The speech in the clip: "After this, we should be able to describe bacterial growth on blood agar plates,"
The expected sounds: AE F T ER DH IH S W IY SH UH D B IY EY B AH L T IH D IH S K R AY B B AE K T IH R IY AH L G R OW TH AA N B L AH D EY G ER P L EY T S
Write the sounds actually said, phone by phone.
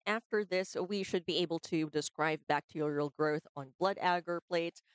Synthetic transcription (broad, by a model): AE F T ER DH IH S W IY SH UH D B IY EY B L T IH D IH S K R AY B B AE K T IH R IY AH L G R OW TH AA N B L AH D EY G ER P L EY T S